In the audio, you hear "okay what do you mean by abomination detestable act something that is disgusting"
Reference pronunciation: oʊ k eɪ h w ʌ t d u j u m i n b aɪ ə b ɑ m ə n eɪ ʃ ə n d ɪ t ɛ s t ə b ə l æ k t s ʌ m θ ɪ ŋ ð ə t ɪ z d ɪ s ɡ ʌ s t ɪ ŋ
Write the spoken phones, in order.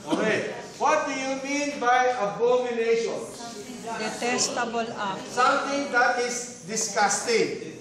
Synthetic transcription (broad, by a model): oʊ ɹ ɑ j w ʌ t d u j u m i n b aɪ ə b ɑ m ə n eɪ ʃ ə n d ɪ t ɛ s t ə b ə l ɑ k s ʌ m t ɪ ŋ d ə t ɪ s d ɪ s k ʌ s t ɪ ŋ